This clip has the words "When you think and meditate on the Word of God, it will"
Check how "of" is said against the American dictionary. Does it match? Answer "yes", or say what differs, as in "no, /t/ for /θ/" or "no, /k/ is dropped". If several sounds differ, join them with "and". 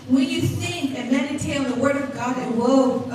yes